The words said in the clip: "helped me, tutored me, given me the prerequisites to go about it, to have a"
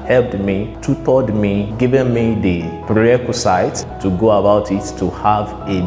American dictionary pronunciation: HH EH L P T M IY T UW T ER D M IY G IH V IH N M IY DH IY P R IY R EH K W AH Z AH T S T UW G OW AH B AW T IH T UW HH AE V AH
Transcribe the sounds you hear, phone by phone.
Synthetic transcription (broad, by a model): HH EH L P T M IY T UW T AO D M IY G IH V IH N M IY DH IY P R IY EH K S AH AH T T UW G OW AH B AW T IH T UW HH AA V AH